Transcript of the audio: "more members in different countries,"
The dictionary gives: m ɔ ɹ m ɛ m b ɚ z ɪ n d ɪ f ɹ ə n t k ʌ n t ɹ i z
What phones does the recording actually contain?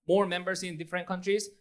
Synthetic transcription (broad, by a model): m ɔ ɹ m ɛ m b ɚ s ɪ n d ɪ f ɹ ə n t k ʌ n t ɹ i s